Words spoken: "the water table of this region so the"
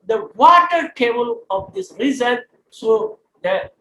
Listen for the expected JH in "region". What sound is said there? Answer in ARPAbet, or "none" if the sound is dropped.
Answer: Z